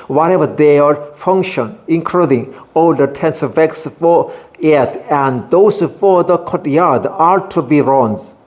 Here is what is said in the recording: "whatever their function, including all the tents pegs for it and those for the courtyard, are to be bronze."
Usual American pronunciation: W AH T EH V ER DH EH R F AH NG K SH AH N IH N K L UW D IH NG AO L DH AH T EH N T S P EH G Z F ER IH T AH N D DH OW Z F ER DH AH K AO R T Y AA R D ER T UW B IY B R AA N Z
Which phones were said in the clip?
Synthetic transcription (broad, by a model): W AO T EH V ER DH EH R F AH NG K SH AH N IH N K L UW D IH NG AO L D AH T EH N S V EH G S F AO IH T AH N D OW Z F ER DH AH K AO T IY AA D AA T UW B IY R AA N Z